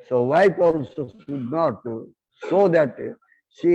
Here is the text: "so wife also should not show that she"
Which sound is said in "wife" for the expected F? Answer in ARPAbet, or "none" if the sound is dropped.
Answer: P